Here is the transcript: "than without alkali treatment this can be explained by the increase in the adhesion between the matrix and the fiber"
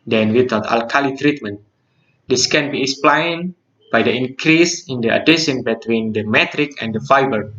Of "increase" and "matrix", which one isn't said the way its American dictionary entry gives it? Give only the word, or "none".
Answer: matrix